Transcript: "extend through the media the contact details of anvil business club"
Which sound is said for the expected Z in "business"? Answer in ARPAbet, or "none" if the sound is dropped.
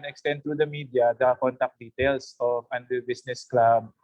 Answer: S